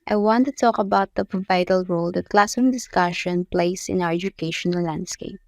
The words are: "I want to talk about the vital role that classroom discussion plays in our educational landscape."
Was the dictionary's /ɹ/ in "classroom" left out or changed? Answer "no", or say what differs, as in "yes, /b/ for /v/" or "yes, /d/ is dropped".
yes, /ɹ/ is dropped